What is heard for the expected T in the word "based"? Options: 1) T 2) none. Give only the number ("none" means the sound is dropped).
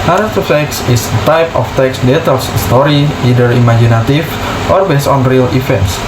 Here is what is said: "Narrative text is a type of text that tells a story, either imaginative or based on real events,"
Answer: 2